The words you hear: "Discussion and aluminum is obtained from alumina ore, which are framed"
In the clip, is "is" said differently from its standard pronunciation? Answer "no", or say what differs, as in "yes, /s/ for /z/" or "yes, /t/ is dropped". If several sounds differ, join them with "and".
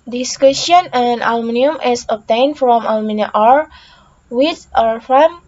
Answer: yes, /s/ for /z/